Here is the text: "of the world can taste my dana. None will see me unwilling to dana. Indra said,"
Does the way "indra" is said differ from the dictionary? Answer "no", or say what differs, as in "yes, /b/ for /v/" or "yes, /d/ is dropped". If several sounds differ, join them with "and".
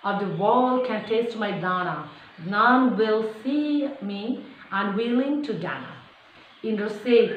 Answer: yes, /ɹ/ is dropped